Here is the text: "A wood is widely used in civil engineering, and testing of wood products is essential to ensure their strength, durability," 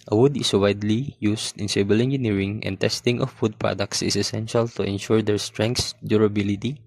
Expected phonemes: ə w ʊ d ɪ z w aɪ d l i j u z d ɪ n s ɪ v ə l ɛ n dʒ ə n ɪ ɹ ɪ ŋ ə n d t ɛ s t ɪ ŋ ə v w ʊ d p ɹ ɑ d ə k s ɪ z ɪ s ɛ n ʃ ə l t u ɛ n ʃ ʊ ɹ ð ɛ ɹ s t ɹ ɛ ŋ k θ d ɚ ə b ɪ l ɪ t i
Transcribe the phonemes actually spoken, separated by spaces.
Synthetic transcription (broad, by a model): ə w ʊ d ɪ s w aɪ d l i j u s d ɪ n s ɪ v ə l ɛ n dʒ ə n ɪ ɹ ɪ ŋ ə n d t ɛ s t ɪ ŋ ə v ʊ d p ɹ ɑ d ə k s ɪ s ɪ s ɛ n ʃ ə l t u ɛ n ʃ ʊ ɹ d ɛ ɹ s t ɹ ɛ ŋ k s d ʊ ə b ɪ l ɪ t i